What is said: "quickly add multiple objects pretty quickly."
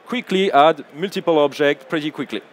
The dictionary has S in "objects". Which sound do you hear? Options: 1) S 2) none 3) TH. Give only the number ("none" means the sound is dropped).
2